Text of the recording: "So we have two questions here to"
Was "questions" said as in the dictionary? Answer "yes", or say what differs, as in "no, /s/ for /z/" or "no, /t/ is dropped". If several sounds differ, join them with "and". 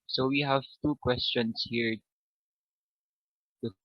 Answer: no, /s/ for /z/